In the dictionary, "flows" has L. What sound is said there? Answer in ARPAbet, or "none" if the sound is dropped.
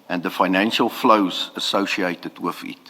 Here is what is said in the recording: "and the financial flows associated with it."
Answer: L